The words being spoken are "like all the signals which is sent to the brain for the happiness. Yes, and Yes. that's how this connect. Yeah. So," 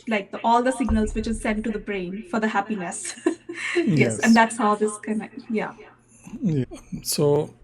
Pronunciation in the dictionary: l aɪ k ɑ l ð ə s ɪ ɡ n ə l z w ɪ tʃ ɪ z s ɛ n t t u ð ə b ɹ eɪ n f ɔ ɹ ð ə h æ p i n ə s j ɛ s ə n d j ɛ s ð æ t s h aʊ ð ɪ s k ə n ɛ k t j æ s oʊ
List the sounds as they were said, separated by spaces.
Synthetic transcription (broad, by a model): l aɪ k ɑ l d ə s ɪ ɡ n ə l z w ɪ tʃ ɪ z s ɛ n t t u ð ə b ɹ eɪ n f ɔ ɹ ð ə h æ p i n ə s j ɛ s ə n d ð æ t s h aʊ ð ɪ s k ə ɪ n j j s oʊ